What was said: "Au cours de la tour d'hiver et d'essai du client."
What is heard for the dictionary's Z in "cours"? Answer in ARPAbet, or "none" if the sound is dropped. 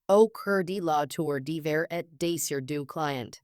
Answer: none